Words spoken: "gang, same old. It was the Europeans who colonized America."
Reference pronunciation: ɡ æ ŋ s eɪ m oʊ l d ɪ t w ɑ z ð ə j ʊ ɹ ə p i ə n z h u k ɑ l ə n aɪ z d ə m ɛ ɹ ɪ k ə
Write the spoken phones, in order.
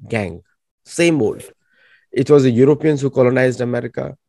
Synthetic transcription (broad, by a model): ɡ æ ŋ s eɪ m oʊ l d ɪ t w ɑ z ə j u ɹ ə p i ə n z h u k ɑ l ə n aɪ z d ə m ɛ ɹ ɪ k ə